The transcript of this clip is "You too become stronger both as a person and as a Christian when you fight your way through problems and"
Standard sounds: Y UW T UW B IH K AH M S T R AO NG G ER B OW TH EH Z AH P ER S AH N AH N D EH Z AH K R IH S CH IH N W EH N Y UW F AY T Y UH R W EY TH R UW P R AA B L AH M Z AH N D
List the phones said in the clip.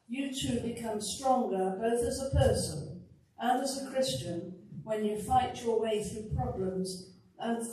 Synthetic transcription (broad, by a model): Y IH T UW B IH K AH M S T R AO NG G ER B OW TH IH Z AH P ER S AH N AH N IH Z AH K R IH S CH IH N W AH N Y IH F AY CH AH R W EY TH R UW P R AA B L AH M Z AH N